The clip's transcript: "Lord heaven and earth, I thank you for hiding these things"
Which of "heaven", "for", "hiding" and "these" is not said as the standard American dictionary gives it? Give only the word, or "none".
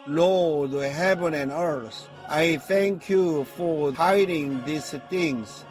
these